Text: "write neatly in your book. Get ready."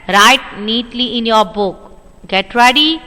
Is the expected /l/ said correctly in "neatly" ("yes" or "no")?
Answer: yes